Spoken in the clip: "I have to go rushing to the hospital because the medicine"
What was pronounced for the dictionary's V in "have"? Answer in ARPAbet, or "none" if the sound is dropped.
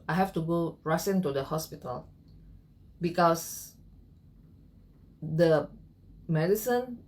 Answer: F